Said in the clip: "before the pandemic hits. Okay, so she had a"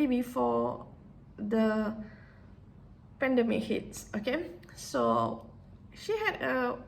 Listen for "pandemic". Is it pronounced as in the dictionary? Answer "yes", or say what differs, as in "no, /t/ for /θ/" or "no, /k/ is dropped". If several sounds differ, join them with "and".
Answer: yes